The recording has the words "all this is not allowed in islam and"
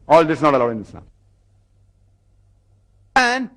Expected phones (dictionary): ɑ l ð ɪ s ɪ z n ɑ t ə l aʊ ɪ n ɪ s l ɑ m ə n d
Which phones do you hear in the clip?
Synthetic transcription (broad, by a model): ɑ l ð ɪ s n ɑ t ə l aʊ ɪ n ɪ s n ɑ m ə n